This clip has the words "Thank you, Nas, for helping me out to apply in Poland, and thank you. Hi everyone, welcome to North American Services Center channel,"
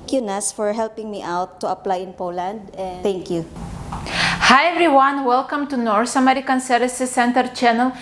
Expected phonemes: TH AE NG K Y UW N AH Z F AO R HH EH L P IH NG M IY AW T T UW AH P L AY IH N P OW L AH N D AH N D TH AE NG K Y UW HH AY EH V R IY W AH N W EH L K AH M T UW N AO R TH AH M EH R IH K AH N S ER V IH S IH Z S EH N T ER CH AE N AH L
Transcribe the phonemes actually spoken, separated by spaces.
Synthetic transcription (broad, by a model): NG K Y UW N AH S F AO R HH EH L P IH NG M IY AW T T UW AH P L AY IH N P OW L AH N D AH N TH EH NG K Y UW HH AY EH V R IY W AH N W EH L K AH M T UW N AO R S AH M EH R IH K AH N S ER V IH S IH S EH N T ER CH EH N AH L